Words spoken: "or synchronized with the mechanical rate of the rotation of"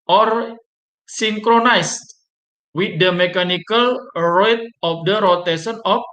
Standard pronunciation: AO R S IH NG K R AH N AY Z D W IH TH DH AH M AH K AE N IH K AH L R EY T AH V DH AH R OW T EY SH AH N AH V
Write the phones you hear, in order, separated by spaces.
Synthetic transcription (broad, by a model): AO R S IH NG K R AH N AY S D W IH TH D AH M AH K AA N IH K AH L R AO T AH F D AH R OW T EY S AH N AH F